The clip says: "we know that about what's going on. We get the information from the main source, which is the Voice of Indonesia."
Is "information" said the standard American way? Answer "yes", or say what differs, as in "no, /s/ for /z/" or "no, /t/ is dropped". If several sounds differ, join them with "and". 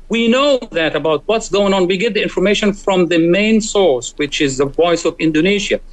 yes